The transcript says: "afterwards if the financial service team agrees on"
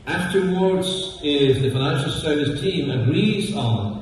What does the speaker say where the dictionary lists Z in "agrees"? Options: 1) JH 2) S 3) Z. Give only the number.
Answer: 3